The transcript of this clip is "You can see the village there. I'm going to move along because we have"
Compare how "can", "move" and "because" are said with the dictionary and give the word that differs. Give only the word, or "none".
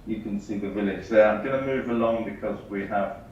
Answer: none